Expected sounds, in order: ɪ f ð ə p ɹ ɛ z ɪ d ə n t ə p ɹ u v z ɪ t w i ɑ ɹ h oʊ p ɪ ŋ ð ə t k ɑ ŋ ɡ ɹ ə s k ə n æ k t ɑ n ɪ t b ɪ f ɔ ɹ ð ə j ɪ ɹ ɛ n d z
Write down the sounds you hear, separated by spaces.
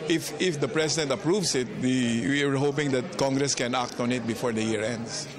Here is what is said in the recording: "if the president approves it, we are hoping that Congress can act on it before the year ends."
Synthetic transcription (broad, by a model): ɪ f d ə p ɹ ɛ s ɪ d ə n t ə p ɹ u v s ɪ t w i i ɹ h oʊ p ɪ ŋ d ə t k ɑ ŋ ɡ ɹ ə s k ə n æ k t ɑ n ɪ t b ɪ f ɔ ɹ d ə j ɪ ɹ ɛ n d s